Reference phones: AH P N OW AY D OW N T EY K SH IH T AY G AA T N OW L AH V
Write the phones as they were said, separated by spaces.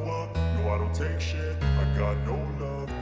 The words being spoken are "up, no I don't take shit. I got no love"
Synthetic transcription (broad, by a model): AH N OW AY D OW N T EY K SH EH AY G AA T N OW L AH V